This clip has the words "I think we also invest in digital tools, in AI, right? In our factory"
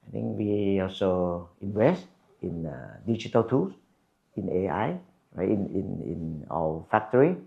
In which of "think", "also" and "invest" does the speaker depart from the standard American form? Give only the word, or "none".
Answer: think